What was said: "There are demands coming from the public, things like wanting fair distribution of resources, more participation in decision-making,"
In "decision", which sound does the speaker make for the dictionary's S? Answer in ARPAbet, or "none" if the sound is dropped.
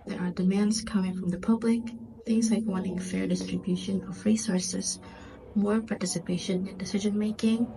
S